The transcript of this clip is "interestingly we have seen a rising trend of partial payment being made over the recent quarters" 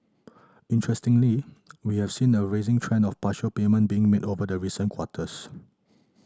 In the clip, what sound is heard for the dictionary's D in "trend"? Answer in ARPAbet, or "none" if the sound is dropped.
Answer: none